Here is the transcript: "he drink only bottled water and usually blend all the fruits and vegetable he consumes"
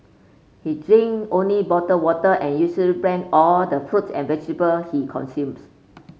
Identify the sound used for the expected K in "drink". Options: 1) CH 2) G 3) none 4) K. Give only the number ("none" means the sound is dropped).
3